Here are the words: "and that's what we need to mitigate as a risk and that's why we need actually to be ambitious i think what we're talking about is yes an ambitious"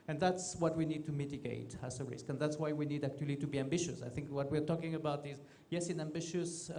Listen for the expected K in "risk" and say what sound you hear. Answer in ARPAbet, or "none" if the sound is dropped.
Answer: K